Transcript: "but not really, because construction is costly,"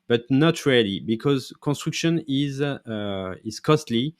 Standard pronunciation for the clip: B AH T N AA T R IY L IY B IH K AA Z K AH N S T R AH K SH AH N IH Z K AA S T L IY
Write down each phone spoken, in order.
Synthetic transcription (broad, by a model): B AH T N AA T R IY L IY B IH K AA Z K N S T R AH K SH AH N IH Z K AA S T L IY